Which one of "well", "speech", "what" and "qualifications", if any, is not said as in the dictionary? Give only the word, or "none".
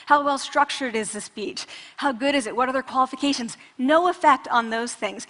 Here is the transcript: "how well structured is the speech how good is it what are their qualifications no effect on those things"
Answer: none